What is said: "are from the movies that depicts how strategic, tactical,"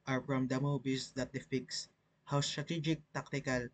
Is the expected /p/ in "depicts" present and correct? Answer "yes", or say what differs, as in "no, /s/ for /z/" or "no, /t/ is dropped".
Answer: no, /f/ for /p/